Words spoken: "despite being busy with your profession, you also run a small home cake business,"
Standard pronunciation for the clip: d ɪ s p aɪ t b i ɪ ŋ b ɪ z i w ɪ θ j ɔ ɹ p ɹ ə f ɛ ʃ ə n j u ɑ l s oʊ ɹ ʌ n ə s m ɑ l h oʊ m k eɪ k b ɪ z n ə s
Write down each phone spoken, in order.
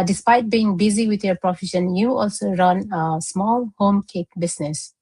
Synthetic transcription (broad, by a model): d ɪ s p aɪ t b i ɪ ŋ b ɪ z i w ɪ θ j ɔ p ɹ ə f ɛ ʃ ə n j u ɑ l s oʊ ɹ ʌ n ə s m ɑ l h oʊ m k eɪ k b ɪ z n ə s